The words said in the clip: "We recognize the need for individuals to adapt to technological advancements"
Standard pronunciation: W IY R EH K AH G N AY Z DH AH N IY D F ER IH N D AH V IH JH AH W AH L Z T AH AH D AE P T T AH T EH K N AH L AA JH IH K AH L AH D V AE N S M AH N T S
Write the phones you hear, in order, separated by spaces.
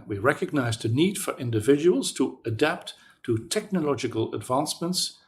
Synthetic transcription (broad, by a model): W IY R EH K AH G N AY Z DH AH N IY D F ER IH N D AH V IH JH AH W AH L Z T AH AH D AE P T T AH T EH K N AH L AA JH IH K AH L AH D V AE N S M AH N T S